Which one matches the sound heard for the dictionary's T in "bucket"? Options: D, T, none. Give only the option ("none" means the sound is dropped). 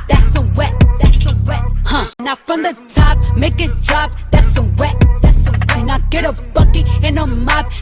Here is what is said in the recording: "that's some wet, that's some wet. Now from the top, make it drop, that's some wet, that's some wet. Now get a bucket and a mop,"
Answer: none